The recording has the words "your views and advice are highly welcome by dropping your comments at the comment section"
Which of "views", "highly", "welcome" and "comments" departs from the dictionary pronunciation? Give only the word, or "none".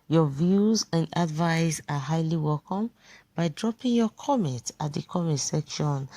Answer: comments